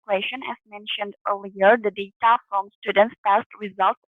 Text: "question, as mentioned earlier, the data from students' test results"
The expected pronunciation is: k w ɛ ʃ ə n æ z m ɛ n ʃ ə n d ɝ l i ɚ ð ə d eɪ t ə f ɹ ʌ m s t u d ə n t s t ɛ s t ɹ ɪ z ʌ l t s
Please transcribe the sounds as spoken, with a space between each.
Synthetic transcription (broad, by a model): k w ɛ ʃ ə n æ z m ɛ n ʃ ə n d ɝ l i ɚ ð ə d eɪ t ə f ɹ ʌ m s t u d ə n t s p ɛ s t ɹ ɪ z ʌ l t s